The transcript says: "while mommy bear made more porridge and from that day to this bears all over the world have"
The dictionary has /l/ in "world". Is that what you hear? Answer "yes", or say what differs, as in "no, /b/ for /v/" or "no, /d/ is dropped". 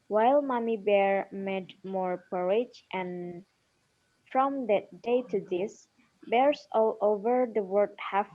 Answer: no, /l/ is dropped